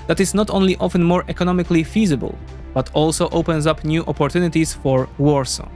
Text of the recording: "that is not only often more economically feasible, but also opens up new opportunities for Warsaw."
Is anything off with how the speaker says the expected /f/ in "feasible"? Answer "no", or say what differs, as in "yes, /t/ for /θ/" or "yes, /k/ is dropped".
no